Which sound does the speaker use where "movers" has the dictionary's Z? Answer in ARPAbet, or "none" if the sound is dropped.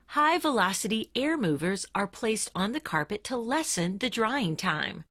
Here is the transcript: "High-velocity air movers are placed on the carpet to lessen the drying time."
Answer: Z